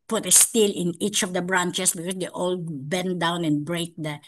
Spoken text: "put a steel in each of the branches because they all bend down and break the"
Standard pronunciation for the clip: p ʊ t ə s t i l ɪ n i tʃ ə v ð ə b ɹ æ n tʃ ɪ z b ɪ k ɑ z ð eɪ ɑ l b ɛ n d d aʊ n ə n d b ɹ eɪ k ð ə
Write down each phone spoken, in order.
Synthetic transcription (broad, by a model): p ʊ t ə s t i l ɪ n i tʃ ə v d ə b ɹ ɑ n tʃ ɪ s b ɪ k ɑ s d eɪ ɑ l b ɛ n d d aʊ n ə n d b ɹ eɪ k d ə